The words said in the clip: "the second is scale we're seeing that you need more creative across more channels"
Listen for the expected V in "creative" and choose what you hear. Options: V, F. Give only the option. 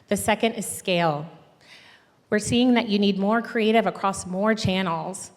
V